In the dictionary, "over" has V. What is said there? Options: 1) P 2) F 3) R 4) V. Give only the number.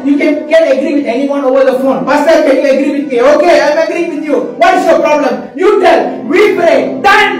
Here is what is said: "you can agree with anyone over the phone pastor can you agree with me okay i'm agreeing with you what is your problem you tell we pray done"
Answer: 4